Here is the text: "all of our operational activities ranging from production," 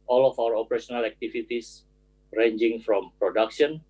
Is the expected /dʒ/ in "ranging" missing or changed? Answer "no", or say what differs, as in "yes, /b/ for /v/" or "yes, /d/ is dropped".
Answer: no